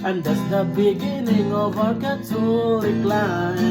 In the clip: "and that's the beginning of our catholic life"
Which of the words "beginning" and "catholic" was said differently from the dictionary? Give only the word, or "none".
catholic